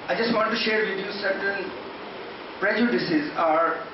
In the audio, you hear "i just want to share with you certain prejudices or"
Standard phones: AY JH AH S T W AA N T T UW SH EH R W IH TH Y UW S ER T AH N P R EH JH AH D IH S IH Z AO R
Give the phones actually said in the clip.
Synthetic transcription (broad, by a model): AY JH AH S T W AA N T T UW SH EH R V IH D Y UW S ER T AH L P R EH JH AH D IH S IH Z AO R